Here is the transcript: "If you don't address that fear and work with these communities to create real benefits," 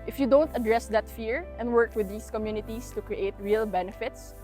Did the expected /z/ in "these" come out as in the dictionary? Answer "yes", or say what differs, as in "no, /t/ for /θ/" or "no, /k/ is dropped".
no, /s/ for /z/